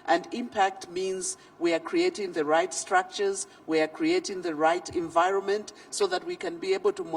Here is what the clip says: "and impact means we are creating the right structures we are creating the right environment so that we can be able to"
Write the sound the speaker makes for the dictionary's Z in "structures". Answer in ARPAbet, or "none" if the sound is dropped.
Z